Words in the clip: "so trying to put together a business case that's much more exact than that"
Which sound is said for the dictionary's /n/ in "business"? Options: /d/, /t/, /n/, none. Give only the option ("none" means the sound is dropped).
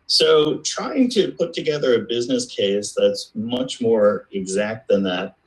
/n/